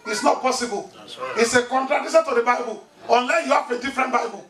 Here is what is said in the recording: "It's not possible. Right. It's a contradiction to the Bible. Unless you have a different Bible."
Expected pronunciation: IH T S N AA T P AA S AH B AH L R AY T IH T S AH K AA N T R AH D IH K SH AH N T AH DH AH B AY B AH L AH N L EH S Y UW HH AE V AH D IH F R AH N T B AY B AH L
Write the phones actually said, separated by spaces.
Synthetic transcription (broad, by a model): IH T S N AA T P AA S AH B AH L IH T S AH K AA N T R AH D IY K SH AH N T AH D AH B AY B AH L AH N L EH S Y UW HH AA F AH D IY F R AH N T B AY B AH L